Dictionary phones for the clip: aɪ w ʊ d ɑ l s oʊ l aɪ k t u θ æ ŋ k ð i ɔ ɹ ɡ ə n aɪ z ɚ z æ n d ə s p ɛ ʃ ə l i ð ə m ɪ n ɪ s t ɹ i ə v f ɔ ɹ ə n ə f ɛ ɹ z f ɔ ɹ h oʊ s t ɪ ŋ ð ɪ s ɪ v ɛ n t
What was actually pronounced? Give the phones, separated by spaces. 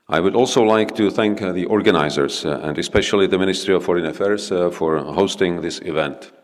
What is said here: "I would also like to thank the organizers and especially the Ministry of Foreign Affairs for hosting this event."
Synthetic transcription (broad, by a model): aɪ w ʊ d ɑ l s oʊ l aɪ k t u θ æ ŋ k ð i ɔ ɹ ɡ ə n aɪ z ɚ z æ n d ə s p ɛ ʃ ə l i ð ə m ɪ n ɪ s t ɹ i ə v f ɔ ɹ ə n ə f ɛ ɹ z f ɔ ɹ h oʊ s t ɪ ŋ ð ɪ s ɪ v ɛ n t